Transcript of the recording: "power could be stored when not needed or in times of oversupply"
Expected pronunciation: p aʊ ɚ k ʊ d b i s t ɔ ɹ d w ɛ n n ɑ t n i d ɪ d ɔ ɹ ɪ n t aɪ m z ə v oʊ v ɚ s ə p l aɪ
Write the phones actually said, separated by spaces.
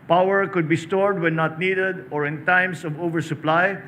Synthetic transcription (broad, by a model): p aʊ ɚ k ʊ d b i s t ɔ ɹ d w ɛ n n ɑ t n i d ɪ d ɔ ɹ ɪ n t aɪ m s ə v oʊ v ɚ s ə p l aɪ